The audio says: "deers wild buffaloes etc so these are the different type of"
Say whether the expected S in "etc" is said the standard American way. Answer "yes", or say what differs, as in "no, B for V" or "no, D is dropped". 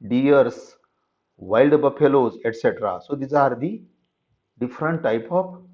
yes